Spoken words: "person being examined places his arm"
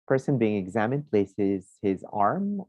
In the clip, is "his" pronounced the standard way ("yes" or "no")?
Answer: yes